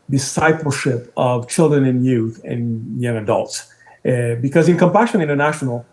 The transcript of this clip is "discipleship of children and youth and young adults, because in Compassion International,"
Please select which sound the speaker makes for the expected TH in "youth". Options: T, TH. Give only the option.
TH